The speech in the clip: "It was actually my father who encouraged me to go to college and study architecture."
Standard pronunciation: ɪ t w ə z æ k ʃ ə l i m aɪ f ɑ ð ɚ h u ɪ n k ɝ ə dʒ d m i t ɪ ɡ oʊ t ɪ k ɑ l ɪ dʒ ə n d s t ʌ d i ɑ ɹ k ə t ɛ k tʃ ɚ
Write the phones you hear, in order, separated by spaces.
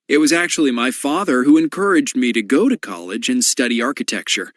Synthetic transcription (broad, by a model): ɪ t w ə z æ k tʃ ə l i m aɪ f ɑ ð ɚ h u ɪ n k ɝ ə dʒ d m i t ɪ ɡ oʊ t ɪ k ɑ l ɪ dʒ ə n s t ʌ d i ɑ ɹ k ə t ɛ k tʃ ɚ